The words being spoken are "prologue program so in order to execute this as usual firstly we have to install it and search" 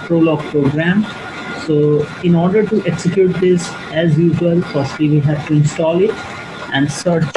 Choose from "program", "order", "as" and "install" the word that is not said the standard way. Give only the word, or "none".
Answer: none